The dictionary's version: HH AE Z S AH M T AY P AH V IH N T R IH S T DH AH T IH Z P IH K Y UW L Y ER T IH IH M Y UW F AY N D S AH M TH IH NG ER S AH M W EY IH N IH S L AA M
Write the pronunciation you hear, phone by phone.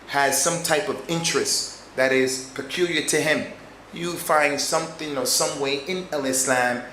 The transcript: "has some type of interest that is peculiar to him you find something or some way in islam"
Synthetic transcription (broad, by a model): HH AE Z S AH M T AY P AH V IH N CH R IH S T DH AH T IH Z P IH K Y UW L Y ER T IH IH M Y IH F AY N D S AH M TH IH NG ER S AH M W EY IH N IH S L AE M